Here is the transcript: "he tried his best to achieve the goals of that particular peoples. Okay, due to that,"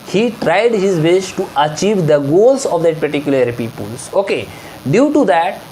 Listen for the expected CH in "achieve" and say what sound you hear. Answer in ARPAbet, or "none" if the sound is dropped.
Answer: CH